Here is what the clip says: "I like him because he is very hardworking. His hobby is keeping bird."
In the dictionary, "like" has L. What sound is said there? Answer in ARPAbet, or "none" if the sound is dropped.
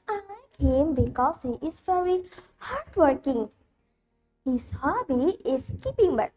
N